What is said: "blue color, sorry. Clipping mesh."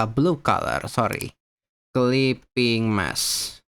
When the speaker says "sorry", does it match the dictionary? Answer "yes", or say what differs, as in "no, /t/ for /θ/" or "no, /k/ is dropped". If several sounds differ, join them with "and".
yes